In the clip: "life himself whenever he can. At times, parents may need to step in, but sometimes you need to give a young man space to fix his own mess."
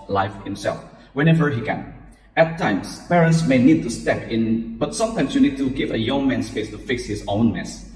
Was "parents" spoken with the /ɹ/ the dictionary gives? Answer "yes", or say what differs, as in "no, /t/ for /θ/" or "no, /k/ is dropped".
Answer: yes